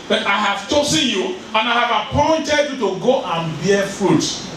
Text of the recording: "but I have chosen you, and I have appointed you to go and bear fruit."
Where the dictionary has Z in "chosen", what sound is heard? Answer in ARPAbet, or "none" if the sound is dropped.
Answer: S